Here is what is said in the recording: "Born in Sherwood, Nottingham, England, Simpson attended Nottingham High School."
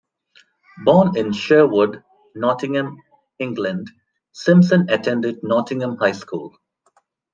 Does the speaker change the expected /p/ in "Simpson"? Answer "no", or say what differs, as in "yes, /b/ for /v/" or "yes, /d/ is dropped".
yes, /p/ is dropped